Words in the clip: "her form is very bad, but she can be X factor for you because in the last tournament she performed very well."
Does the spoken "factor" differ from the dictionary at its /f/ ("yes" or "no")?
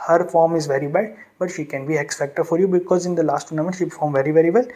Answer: yes